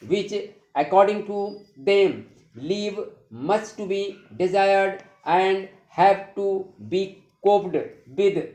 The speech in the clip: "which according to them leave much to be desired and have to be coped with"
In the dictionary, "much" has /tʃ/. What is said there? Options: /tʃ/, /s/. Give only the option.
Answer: /s/